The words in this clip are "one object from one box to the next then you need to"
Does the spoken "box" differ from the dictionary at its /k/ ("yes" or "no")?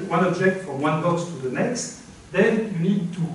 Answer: yes